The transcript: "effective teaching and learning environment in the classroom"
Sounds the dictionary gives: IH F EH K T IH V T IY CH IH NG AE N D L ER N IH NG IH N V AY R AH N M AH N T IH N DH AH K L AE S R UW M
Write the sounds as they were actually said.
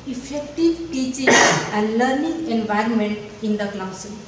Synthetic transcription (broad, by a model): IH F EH K T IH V T IY CH IH NG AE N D L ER N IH NG IH N V AY R AH N M AH N T IH N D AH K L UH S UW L